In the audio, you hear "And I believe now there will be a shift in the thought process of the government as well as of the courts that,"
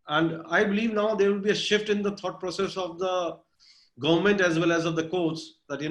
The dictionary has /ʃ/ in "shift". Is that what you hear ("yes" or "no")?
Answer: yes